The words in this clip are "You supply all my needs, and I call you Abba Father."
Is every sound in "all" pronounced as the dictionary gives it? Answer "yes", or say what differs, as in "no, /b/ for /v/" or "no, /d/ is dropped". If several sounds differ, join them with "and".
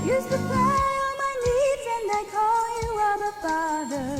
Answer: no, /n/ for /l/